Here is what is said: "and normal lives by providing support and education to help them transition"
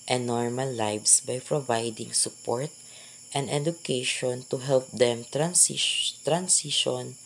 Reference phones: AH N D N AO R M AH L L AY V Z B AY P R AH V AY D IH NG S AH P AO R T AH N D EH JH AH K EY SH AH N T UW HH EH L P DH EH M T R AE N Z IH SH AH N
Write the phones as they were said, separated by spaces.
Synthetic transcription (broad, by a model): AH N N AO R M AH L L AY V S B AY P R AH V AY D IH NG S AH P AO R T AH N D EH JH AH K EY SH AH N T UW HH EH L P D EH M T R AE N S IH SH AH N